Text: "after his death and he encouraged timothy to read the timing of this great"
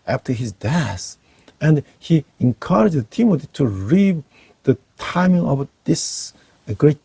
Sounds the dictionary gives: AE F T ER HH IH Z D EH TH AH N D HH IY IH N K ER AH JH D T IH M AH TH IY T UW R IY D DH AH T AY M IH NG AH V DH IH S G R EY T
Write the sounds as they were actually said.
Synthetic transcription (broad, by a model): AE F T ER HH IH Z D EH S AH N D HH IY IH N K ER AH JH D T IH M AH T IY T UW R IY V DH AH T AY M IH NG AH V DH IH S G R EY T